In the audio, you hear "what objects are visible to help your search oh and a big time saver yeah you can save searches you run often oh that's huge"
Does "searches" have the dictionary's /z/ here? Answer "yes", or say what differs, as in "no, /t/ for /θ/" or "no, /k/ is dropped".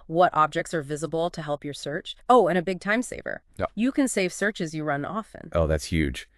yes